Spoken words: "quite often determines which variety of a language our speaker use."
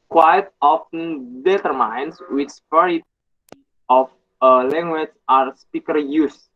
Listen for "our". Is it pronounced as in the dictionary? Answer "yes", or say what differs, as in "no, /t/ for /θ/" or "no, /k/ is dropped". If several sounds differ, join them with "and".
yes